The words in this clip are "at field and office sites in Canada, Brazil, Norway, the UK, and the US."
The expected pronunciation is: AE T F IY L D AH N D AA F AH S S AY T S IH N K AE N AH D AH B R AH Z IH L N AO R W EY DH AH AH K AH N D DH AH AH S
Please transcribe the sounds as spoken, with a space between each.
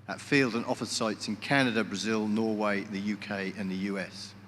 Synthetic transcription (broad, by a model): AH T F IY L D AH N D AA F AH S S AY T S IH N K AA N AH D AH B R AH Z IH L N AO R W EY DH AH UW K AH N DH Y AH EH S